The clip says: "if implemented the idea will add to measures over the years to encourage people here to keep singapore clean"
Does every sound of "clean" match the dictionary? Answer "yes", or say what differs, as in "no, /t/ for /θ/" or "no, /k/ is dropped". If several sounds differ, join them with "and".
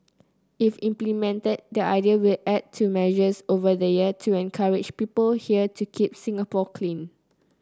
yes